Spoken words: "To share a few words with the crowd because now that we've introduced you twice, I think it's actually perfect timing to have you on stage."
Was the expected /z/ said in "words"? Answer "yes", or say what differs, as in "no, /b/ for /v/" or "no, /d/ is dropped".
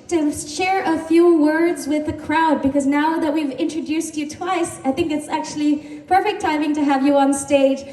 yes